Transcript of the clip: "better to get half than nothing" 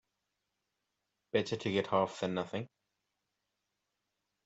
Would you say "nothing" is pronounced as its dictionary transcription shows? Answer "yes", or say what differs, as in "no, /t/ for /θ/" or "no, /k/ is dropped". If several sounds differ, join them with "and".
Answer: yes